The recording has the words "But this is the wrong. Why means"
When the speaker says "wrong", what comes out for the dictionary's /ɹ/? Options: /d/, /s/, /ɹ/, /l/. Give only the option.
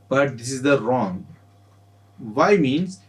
/ɹ/